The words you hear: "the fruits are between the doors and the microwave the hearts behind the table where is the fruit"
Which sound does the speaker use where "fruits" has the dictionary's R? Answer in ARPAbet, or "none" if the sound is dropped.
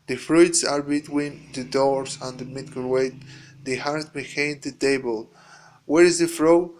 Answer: R